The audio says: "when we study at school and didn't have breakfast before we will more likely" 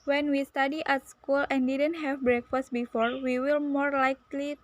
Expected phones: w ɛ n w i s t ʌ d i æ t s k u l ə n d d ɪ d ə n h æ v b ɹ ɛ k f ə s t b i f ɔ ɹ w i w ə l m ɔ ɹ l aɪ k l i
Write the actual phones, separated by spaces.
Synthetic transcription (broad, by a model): w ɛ n w i s t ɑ d i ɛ t s k u l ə n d d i d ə n h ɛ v b ɹ ɛ k f ə s t b i f ɔ ɹ w i w ə l m ɔ ɹ l aɪ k l i